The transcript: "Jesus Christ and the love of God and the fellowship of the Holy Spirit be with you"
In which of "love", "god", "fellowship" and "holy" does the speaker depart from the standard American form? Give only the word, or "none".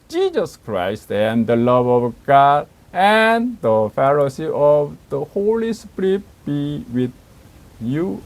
fellowship